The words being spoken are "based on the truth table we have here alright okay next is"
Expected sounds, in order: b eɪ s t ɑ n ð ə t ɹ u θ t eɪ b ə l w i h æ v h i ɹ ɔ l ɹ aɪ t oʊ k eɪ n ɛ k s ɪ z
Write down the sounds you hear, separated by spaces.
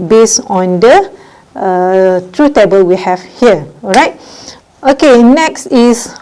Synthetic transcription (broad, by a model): b eɪ s ɑ n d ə t ɹ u t eɪ b ə l w i h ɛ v h i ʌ ɹ aɪ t oʊ k eɪ n ɛ k s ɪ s